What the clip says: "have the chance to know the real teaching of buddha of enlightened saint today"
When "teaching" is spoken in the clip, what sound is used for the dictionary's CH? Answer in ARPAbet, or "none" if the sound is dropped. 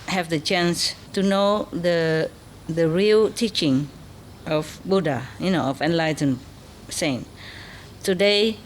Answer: CH